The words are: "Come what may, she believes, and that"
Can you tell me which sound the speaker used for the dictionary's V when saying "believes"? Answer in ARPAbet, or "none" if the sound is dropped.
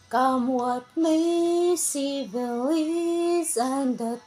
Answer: none